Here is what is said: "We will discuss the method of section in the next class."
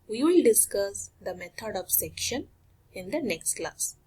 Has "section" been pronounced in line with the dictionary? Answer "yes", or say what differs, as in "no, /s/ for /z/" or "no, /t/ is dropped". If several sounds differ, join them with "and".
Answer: yes